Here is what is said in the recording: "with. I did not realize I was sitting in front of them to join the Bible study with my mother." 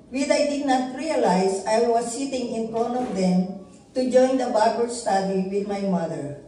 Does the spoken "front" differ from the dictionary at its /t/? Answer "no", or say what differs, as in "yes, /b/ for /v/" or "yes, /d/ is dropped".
yes, /t/ is dropped